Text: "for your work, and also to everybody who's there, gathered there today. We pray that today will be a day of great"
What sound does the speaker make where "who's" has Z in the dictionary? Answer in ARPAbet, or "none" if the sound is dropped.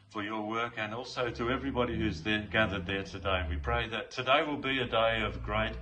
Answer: Z